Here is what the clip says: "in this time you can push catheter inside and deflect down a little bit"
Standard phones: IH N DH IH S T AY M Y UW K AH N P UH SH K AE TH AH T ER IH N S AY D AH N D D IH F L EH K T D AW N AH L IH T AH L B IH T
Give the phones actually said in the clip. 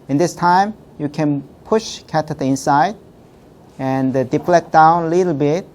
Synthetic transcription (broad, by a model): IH N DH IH S T AY M Y UW K AH N P UH SH K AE T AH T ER IH N S AY D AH N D D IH P L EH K D AW N AH L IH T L B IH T